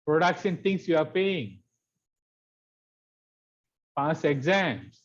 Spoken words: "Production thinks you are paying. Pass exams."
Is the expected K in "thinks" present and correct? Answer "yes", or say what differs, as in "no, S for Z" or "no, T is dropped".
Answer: no, K is dropped